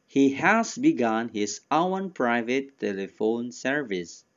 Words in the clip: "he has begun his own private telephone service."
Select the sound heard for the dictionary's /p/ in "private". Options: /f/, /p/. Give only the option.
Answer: /p/